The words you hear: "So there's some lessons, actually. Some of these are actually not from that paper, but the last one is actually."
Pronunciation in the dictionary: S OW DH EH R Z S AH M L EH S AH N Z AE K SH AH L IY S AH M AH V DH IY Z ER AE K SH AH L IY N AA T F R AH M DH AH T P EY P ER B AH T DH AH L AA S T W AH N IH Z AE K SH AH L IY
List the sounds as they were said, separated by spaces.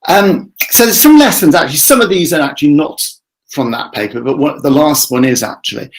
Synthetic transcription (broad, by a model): S OW DH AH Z S AH M L EH S AH N Z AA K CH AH L IY S AH M AH V DH IY Z ER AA K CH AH L IY N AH T F R AH M DH AH T P EY P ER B AH T DH AH L AA S T W AH N IH Z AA K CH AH L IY